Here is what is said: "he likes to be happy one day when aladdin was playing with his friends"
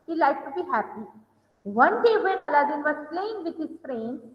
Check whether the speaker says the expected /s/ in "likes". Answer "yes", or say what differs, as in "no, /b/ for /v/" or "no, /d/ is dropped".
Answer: no, /s/ is dropped